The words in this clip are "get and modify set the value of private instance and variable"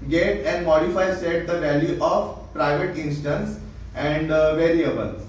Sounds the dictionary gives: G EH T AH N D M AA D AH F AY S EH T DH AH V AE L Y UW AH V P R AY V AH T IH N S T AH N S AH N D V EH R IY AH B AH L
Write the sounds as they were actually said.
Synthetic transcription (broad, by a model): G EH T AH N D M AA D AH F AY S EH T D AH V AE L Y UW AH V P R AY V AH T IH N S T AH N S AH N D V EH R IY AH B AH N